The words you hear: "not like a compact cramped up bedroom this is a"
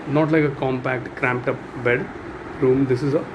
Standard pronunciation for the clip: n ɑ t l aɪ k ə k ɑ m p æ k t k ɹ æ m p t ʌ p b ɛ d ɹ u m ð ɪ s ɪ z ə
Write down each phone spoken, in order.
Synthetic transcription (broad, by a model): n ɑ t l aɪ k ə k ɑ m p æ k t k ɹ æ m p t ʌ p b ɛ d ɹ u m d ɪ s ɪ z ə